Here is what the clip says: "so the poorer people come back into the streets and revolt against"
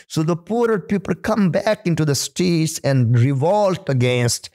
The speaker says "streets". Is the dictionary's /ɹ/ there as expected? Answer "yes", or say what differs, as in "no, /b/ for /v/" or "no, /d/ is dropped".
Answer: no, /ɹ/ is dropped